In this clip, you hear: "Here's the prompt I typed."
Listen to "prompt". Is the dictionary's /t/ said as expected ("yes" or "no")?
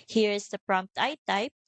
yes